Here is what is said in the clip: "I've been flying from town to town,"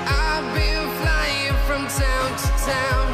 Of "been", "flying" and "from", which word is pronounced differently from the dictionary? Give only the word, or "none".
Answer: been